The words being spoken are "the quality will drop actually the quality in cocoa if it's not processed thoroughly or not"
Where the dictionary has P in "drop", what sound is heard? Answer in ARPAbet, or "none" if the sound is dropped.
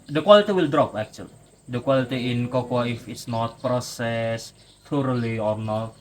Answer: P